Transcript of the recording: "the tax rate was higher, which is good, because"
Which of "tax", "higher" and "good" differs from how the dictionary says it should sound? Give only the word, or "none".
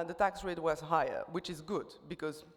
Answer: none